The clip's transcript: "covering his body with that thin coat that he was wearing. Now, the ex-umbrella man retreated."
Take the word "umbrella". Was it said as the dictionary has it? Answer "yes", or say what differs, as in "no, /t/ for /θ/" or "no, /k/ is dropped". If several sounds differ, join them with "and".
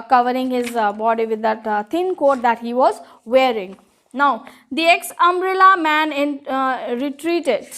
yes